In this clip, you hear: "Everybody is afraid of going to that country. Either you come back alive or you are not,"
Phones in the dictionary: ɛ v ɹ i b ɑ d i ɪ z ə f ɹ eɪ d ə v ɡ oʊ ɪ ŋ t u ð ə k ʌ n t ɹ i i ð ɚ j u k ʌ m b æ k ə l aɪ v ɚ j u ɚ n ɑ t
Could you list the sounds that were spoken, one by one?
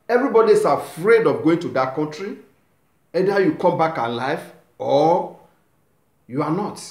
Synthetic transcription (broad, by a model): ɛ v ɹ i b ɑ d i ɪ s ə f ɹ eɪ d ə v ɡ oʊ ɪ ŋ t u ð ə k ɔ n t ɹ i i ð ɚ j u k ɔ m b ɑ k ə l aɪ f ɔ j u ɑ n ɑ t